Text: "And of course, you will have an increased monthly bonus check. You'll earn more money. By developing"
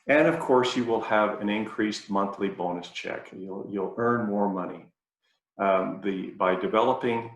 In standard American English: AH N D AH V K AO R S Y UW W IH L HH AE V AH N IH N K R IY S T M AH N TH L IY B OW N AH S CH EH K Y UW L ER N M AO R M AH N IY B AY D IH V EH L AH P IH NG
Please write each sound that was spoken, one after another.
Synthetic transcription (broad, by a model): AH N AH V K AO R S Y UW W IH L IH V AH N IH N K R IY S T M AH N TH L IY B OW N AH S CH EH K Y UW L ER N M AO R M AH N IY B AY D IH V EH L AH P IH NG